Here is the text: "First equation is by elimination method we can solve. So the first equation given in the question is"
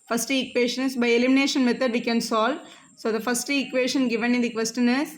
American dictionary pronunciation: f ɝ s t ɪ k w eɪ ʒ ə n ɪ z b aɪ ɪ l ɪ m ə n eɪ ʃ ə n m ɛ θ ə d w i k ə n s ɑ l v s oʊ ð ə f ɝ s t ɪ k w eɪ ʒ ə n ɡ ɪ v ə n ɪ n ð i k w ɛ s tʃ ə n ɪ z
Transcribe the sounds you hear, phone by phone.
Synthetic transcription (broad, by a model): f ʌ s t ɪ k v eɪ ʃ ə n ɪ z b aɪ ɪ l ɪ m ə n eɪ ʃ ə n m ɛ t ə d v i k ə n s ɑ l s oʊ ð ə f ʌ s t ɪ k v eɪ ʃ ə n ɡ ɪ v ə n ɪ n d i k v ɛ s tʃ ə n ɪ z